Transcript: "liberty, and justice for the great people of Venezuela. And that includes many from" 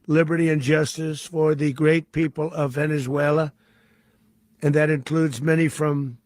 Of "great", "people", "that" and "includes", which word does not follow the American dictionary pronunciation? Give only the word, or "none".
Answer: none